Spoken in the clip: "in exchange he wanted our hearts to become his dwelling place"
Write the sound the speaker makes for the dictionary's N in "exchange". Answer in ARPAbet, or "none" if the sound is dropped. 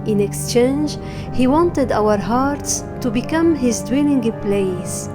N